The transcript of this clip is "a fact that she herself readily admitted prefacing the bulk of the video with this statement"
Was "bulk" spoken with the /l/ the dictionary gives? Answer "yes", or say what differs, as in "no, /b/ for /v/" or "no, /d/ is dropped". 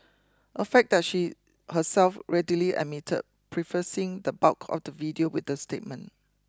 no, /l/ is dropped